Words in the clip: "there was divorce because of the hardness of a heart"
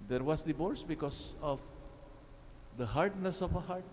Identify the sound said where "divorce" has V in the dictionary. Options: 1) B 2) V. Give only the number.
1